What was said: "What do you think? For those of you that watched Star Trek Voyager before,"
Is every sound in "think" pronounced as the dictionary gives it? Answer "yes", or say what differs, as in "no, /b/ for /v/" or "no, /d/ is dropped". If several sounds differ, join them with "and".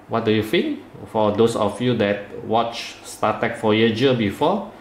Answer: no, /f/ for /θ/